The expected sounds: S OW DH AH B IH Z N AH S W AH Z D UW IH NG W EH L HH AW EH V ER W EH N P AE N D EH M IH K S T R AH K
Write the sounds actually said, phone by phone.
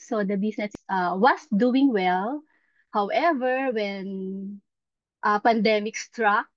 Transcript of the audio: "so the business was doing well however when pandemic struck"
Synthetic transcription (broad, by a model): S OW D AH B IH S N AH S W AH S D UW IH NG W EH L HH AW EH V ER W EH N P AE N D EH M IH K S T R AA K